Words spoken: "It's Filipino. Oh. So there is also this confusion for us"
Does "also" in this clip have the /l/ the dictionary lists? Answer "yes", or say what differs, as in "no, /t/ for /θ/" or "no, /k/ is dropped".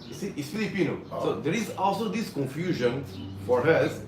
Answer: yes